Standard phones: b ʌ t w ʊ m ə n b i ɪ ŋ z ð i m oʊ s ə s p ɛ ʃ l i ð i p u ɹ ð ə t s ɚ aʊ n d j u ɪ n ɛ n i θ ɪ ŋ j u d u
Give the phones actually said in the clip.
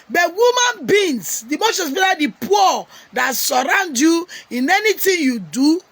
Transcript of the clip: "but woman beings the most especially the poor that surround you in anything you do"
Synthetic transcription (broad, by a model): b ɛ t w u m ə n b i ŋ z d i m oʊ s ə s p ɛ l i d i p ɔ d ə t s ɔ aʊ n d j u ɪ n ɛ n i t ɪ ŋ j u d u